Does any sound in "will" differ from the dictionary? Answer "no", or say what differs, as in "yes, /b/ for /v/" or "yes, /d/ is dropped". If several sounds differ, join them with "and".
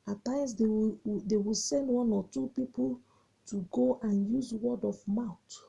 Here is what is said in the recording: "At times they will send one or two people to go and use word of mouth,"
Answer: yes, /w/ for /l/